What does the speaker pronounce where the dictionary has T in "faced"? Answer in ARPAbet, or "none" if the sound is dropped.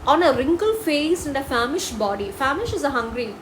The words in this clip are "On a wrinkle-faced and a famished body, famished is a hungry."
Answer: none